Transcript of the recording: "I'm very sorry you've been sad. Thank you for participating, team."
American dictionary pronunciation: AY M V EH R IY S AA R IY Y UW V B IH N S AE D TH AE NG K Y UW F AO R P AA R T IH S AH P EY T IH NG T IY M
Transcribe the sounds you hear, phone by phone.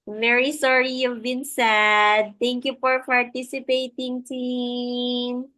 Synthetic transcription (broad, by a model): V EH R IY S AA R IY Y UW V B IH N S AE D T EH NG K Y UW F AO R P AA R T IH S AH P EY T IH NG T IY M